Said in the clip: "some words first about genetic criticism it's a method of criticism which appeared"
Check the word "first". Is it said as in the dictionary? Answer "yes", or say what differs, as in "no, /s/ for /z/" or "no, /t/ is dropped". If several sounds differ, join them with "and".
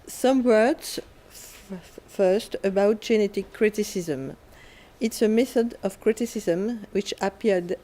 yes